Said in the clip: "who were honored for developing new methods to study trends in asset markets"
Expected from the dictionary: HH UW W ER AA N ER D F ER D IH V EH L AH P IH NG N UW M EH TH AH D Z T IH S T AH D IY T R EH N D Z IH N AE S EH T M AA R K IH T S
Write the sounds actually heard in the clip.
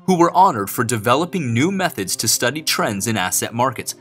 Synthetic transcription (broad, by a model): HH UW W ER AA N ER D F ER D IH V EH L AH P IH NG N UW M EH TH AH D Z T IH S T AH D IY T R EH N D Z IH N AE S EH T M AA R K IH T S